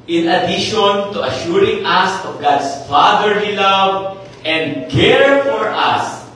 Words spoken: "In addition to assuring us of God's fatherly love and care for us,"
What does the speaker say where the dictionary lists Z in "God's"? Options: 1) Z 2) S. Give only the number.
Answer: 2